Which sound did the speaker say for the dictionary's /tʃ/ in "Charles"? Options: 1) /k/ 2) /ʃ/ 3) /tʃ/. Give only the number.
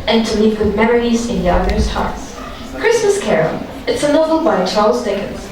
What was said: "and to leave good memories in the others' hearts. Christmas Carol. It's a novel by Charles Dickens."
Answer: 3